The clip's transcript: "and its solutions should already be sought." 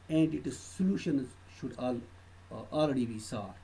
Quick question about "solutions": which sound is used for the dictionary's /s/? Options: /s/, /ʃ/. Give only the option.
/s/